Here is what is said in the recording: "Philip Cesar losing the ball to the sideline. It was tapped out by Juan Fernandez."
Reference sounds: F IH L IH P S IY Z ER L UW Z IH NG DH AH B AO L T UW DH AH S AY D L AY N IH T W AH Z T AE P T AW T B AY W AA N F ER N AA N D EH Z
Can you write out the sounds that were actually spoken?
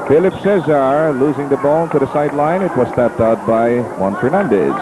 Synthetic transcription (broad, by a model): F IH L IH P S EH Z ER L UW Z IH NG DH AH B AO N T UW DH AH S AY D L AY N IH T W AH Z T AE P T AW T B AY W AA N F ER N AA N D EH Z